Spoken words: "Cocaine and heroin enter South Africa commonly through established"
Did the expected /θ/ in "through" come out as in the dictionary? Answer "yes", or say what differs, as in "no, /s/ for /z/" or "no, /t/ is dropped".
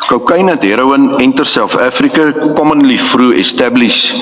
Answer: no, /f/ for /θ/